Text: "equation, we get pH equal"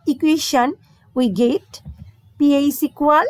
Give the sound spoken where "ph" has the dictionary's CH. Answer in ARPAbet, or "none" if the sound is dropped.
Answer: S